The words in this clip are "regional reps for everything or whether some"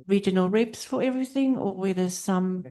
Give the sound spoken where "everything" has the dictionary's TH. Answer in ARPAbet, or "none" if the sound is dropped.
TH